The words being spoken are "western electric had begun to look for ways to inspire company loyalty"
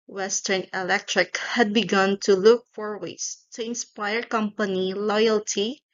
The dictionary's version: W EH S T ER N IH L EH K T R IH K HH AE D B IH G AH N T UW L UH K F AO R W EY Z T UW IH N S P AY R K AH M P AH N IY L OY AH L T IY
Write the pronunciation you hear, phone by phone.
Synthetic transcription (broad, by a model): W EH S T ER N IH L EH K T R IH K HH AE D B IH G AH N T UW L UH K F AO R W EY S T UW IH N S P AY R K AH M P AH N IY L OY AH L T IY